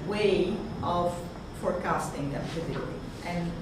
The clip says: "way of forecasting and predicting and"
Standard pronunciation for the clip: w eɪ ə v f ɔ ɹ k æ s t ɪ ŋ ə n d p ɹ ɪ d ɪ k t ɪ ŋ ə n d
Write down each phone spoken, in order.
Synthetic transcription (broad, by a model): w eɪ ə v f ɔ ɹ k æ s t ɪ ŋ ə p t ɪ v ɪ t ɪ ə n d